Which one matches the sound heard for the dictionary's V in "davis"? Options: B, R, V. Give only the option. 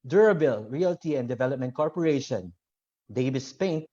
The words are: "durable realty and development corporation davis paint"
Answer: B